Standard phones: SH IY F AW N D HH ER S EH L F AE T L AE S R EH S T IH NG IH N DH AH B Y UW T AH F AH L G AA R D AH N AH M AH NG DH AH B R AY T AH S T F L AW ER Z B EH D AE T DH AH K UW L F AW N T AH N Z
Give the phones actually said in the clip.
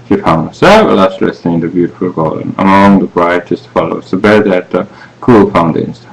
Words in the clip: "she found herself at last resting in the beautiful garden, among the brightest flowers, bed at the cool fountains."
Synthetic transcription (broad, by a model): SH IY F AW N D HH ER S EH L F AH L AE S L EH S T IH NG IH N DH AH B Y UW T AH F AH L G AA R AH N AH M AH NG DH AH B R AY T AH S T F L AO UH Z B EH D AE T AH K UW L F AW N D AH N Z